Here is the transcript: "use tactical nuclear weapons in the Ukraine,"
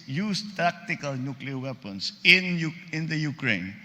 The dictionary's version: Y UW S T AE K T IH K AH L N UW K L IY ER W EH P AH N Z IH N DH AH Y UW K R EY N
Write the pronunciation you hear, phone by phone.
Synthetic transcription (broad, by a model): Y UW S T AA K T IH K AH L N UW K L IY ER W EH P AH N S IH N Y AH Y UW K R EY N